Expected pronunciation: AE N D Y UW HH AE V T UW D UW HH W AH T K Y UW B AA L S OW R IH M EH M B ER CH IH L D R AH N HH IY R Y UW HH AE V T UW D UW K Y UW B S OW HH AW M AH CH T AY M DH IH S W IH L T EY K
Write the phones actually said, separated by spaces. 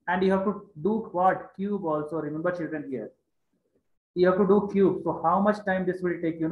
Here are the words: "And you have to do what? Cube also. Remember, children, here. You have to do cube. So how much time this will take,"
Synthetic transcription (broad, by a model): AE N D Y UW HH AE V T UW D UW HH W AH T K Y UW B AA L S OW R IH M EH M B ER CH IH L D R AH N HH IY R Y UW HH AE V T UW D UW K Y UW B S OW HH AW M AH CH T AY M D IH S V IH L T EY K